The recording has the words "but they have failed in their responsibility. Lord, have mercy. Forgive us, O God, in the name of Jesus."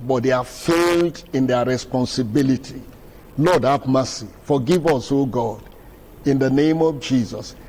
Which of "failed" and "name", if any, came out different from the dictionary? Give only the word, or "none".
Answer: none